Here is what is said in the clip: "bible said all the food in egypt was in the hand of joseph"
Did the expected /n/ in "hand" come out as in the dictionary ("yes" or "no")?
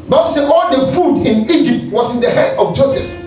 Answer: no